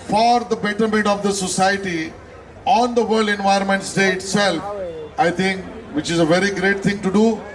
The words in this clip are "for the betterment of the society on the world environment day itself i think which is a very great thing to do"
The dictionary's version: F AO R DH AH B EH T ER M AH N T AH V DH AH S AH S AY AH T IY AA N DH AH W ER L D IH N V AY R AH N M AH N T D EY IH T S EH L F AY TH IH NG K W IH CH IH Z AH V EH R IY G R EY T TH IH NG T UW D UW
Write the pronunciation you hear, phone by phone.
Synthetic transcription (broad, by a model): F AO R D AH B EH T ER M AH N T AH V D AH S AH S AY AH T IY AA N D AH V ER L D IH N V AY AH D M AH N T D EY IH T S EH L F AY T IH NG K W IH CH IH Z AH V EH R IY G R EY T T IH NG T UW D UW